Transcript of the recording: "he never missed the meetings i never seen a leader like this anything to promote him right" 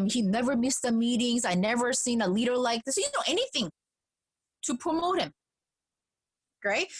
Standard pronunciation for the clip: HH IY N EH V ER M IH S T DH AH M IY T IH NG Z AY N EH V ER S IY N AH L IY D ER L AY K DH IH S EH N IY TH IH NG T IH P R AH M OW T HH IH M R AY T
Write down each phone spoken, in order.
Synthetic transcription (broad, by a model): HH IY N EH V ER M IH S T DH AH M IY T IH NG Z AY N EH V ER S IY N AH L IY D ER L AY K DH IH S EH N IY TH IH NG T IH P R AH M OW T HH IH M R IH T